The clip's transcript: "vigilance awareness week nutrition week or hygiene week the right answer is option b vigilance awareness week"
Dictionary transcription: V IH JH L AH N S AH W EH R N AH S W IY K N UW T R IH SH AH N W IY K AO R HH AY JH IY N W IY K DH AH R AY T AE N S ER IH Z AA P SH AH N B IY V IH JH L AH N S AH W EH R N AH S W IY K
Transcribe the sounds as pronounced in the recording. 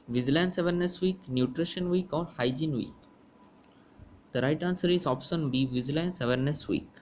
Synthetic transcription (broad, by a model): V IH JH L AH N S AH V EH R N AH S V IY K N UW T R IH SH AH N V IY K AO R HH AY JH IY N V IY K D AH R AY T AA N S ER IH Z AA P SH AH N B IY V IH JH L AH N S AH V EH R N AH S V IY K